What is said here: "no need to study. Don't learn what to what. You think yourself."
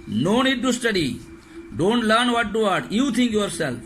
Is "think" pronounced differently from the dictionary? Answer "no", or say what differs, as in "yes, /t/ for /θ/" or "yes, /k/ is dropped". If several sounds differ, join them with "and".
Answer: yes, /t/ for /θ/